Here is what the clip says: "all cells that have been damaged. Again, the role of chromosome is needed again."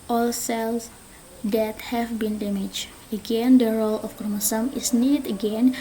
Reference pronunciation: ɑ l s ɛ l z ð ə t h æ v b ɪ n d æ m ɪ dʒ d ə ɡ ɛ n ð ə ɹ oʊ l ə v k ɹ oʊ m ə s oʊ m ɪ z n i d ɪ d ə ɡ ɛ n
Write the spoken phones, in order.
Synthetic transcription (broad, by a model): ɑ l s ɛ l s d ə t h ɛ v b ɪ n d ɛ m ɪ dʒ ə ɡ ɛ n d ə ɹ oʊ l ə f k oʊ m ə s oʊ m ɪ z n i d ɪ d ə ɡ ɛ n